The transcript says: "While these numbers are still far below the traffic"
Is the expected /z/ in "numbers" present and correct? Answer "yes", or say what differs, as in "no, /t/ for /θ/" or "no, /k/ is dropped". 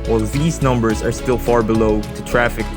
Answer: yes